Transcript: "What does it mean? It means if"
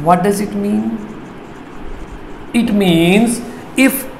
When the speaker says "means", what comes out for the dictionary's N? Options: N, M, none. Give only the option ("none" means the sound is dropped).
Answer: N